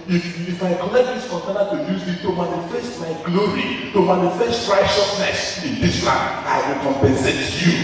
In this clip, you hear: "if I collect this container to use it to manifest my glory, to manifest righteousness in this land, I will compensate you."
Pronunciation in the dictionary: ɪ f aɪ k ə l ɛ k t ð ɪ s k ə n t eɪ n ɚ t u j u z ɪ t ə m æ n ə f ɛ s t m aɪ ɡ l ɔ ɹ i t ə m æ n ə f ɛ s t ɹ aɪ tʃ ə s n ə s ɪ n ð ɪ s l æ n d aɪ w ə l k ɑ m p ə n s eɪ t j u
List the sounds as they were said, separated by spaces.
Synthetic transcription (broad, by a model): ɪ f aɪ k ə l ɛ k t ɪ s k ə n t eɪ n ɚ t u j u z ɪ t ə m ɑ n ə f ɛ s t m aɪ ɡ l ɔ ɹ i t ə m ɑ n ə f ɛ s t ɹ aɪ ʃ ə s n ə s ɪ n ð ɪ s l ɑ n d aɪ w ə l k ɑ m p ə n s eɪ t j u